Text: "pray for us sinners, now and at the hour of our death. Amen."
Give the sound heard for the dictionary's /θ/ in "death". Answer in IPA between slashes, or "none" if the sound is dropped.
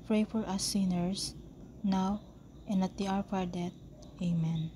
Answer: /t/